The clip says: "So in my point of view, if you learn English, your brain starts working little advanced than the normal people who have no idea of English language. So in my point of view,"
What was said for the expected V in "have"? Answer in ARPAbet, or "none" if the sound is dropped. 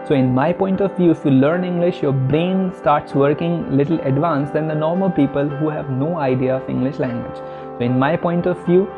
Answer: V